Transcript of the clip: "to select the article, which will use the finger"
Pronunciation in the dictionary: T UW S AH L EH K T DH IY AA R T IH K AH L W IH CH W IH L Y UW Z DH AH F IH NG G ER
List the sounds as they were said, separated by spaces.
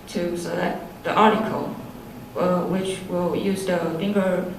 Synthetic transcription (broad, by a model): T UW S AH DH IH T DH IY AA R T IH K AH W IH CH W IH L Y UW Z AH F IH NG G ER